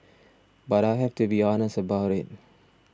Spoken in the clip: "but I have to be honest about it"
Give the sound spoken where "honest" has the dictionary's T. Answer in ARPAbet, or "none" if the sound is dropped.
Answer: none